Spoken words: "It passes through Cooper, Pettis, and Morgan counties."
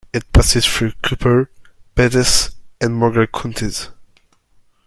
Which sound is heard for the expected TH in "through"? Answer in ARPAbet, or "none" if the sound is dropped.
F